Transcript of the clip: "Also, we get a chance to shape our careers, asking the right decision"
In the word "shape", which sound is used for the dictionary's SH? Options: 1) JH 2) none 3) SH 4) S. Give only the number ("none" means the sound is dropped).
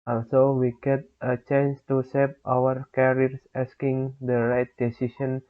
4